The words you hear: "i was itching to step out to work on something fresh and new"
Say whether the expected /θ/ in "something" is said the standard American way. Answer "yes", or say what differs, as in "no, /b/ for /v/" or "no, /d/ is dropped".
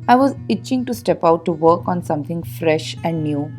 no, /t/ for /θ/